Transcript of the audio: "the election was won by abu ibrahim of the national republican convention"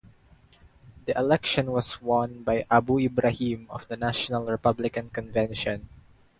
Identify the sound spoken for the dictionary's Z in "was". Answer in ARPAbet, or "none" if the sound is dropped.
S